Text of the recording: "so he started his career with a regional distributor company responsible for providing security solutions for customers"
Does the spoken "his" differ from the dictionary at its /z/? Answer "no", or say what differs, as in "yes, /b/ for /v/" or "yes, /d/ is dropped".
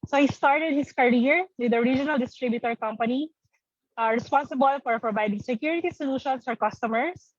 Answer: yes, /s/ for /z/